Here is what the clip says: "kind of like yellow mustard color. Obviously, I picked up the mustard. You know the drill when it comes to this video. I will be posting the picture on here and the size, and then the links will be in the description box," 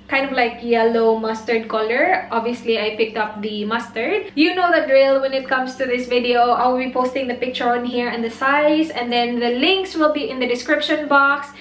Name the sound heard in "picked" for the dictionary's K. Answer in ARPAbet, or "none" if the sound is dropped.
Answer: K